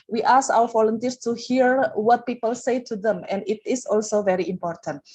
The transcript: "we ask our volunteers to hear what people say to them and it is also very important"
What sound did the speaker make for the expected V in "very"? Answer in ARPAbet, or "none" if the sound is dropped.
V